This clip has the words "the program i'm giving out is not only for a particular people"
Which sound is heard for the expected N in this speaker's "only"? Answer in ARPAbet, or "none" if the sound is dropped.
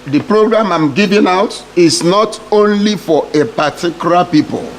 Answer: N